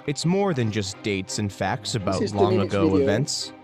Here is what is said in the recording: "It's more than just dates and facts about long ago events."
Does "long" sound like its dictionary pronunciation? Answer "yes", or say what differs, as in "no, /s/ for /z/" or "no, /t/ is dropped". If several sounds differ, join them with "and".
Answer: yes